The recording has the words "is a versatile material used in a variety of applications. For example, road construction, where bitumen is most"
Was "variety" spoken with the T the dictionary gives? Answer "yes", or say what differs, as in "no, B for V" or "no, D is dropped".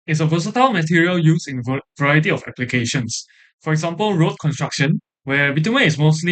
yes